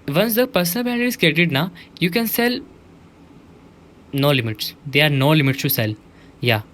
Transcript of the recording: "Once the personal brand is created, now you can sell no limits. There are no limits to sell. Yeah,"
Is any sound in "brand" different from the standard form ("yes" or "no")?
yes